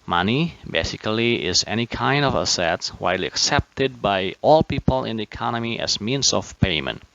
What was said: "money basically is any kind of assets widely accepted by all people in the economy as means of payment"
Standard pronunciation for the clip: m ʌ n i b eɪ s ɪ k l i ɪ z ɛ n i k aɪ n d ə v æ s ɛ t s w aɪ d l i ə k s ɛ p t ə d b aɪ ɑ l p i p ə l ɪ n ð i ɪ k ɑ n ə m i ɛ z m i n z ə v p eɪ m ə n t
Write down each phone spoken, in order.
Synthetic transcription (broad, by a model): m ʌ n i b eɪ s ɪ k l i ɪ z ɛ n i k aɪ n d ə v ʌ s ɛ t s w aɪ d l i ə k s ɛ p t ə d b aɪ ɑ l p i p ə l ɪ n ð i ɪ k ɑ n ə m i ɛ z m i n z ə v p eɪ m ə n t